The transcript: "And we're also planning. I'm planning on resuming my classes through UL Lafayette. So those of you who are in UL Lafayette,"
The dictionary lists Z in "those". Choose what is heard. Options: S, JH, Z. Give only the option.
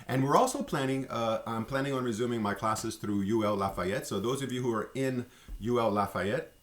Z